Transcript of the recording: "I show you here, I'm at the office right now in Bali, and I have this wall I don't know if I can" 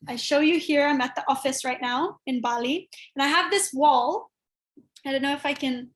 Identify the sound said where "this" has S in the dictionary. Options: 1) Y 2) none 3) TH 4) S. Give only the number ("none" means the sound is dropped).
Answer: 4